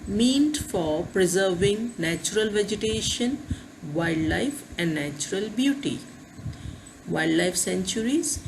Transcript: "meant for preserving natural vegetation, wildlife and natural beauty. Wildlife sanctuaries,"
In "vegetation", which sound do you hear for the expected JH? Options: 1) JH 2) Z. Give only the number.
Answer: 1